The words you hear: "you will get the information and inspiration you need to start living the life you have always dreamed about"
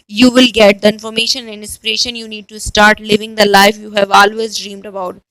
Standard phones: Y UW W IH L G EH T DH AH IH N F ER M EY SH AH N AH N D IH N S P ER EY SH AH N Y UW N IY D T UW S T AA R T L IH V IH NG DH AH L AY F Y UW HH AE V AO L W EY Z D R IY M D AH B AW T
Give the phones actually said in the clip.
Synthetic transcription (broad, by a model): Y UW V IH L G EH T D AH IH N F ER M EY SH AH N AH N D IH N S P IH EY SH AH N Y UW N IY D T UW S T AA R T L IH V IH NG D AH L AY F Y UW HH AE V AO L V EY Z D R IY M D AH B AW T